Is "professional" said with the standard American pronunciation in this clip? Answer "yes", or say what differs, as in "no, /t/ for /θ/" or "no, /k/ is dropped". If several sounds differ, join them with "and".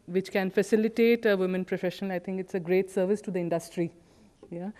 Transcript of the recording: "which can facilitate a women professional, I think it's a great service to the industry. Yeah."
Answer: no, /n/ is dropped and /n/ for /l/